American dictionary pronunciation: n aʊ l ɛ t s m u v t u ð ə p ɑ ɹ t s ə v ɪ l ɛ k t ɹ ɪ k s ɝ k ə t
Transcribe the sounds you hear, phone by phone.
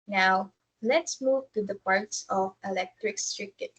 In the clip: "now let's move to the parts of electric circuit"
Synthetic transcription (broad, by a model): n aʊ l ɛ t s m u v t u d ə p ɑ ɹ t s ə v ɪ l ɛ k t ɹ ɪ k s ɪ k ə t